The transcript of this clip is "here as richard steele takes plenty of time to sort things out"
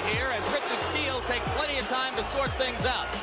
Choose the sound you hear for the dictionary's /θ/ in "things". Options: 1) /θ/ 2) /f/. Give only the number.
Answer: 1